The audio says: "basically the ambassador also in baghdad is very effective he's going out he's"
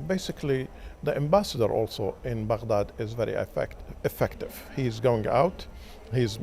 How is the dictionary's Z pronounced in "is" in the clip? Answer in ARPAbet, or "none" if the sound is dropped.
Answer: Z